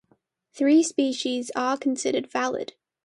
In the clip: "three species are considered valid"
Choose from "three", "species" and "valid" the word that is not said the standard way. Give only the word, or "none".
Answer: none